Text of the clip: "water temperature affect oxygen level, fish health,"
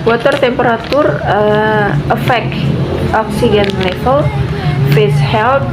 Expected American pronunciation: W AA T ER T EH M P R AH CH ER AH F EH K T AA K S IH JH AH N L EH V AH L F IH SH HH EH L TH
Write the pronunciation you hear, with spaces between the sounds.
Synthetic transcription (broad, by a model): W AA T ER T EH M P R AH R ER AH F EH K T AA K S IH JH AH N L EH F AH L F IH S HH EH L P